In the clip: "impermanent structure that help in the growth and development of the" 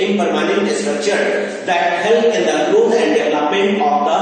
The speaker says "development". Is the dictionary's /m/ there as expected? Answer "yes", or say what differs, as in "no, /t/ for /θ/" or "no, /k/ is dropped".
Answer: no, /m/ is dropped